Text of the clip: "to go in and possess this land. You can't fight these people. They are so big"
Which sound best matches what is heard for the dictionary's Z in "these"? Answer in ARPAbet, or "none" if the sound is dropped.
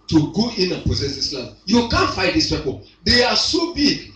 S